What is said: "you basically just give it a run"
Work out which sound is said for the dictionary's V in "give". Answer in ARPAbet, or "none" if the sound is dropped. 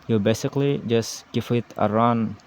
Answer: F